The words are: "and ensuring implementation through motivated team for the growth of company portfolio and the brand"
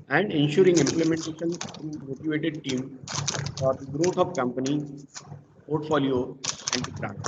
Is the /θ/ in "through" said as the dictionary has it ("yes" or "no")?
no